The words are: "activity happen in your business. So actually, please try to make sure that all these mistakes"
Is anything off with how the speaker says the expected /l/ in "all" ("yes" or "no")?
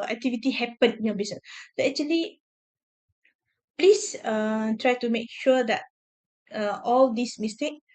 no